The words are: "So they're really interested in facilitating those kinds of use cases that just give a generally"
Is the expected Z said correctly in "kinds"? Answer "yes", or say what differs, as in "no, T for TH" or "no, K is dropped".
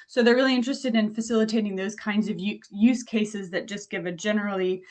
yes